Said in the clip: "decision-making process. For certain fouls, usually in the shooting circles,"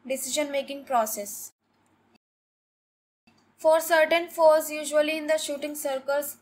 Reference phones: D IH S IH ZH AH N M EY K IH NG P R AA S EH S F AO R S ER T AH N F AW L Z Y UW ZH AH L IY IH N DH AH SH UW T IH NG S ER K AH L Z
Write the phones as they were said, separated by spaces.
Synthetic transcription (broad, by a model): D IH S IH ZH AH N M EY K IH NG P R AA S EH S F AO R S ER T AH N F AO Z Y UW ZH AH L IY IH N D AH SH UW T IH NG S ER K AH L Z